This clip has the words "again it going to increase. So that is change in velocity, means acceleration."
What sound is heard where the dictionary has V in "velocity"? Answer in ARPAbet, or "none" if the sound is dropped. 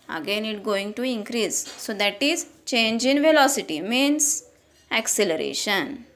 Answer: V